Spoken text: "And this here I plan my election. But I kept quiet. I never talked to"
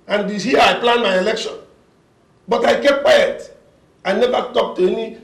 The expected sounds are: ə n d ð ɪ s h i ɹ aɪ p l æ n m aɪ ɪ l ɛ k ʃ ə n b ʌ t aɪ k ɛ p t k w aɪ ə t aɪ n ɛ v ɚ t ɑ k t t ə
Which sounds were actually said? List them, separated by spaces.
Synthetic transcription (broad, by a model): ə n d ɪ h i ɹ aɪ p l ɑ n m aɪ ɪ l ɛ k ʃ ə n b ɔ t aɪ k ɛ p k w aɪ ə t aɪ n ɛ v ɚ t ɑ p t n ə